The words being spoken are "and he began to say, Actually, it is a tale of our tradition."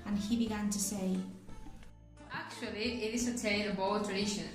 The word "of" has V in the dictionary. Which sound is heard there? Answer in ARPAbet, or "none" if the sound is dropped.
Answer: B